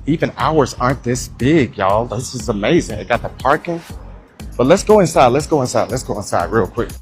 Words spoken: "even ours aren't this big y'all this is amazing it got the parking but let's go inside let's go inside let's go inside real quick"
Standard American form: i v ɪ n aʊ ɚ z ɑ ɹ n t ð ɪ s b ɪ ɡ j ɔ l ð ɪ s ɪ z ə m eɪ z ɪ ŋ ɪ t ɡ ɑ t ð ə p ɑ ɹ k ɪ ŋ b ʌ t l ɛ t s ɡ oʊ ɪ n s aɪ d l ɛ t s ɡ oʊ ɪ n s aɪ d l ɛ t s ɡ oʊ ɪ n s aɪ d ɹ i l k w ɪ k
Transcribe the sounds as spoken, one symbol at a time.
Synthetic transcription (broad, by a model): i v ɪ n aʊ ɚ z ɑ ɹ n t ð ɪ s b ɪ ɡ j ɔ l ð ɪ s ɪ z ə m eɪ z ɪ ŋ ɪ t ɡ ɑ t ð ə p ɑ ɹ k ɪ ŋ b ʌ t l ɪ t s ɡ oʊ ɪ n s aɪ d l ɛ t s ɡ oʊ ɪ n s aɪ d l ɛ t s ɡ oʊ ɪ n s aɪ d ɹ i l k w ɪ k